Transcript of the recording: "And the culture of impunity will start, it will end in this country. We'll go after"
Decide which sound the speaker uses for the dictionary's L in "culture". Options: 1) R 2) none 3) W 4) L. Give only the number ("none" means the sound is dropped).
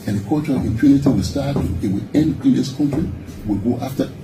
2